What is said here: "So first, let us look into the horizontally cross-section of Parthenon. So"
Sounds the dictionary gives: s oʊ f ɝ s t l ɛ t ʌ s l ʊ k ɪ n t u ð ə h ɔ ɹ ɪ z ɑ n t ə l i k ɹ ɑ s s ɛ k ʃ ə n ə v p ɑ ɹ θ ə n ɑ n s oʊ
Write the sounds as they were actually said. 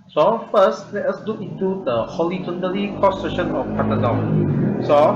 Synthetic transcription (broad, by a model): s oʊ f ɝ s t l ɛ t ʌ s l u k ɪ n t u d ə h ɔ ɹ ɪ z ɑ n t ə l i k ɑ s s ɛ ʃ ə n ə f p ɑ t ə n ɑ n s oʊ